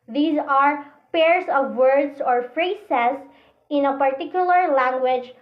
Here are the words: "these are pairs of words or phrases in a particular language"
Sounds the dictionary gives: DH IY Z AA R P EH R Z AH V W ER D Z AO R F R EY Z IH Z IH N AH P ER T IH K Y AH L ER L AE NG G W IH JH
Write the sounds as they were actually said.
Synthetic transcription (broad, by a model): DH IY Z AA R P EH R S AH V W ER D S AO R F R EY S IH S IH N AH P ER T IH K Y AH L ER L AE NG G W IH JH